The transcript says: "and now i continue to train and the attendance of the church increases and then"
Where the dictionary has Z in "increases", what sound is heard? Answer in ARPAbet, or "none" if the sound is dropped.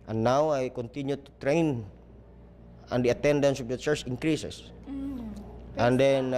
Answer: S